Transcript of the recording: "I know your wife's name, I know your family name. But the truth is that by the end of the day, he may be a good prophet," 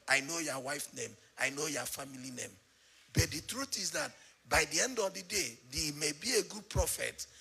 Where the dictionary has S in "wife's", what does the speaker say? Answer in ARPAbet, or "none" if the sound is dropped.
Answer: none